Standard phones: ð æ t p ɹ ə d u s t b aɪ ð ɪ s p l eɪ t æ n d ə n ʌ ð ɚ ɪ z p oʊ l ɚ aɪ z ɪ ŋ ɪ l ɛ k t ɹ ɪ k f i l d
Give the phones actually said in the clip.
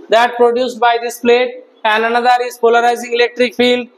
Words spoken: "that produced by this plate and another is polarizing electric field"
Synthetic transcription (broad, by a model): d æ t p ɹ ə d u s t b aɪ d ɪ s p l eɪ t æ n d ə n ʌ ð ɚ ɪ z p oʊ l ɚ aɪ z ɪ ŋ ɪ l ɛ k t ɹ ɪ k f i l d